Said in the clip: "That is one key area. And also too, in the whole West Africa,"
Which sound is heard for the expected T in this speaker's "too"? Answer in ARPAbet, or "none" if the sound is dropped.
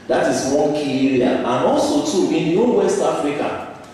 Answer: T